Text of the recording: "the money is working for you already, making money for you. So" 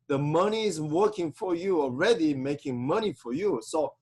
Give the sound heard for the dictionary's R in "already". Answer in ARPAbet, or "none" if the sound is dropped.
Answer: R